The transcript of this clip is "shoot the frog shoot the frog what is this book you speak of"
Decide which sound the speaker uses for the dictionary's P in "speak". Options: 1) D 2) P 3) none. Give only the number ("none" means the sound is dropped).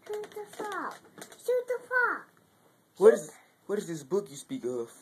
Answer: 2